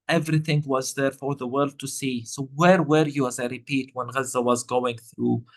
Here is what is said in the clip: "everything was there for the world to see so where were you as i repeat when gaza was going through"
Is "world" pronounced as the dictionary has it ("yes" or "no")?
yes